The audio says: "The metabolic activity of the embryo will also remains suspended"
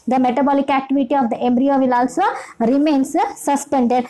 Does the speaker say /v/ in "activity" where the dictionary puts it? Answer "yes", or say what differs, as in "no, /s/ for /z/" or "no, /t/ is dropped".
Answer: yes